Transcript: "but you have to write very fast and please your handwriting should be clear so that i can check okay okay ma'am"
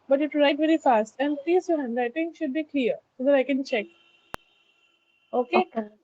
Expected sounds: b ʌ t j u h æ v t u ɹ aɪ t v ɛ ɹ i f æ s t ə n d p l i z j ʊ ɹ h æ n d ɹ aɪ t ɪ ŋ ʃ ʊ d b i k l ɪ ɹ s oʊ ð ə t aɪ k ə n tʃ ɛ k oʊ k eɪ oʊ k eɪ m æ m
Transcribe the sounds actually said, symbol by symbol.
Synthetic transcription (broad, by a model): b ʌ t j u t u ɹ aɪ t v ɛ ɹ i f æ s t ə n d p l i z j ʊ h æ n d aɪ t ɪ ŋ ʃ ʊ d b i k l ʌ ɹ s oʊ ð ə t aɪ k ə n tʃ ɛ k k oʊ k eɪ